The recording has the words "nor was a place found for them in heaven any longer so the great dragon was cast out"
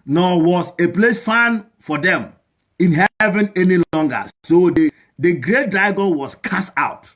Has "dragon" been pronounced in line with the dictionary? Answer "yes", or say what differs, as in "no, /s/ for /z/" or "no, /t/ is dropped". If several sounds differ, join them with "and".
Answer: no, /ɹ/ is dropped